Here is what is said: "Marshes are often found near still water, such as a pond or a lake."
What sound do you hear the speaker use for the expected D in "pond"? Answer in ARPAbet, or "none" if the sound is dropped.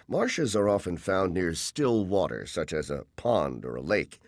D